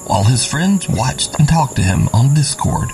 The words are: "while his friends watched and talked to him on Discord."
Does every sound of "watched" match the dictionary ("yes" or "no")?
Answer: yes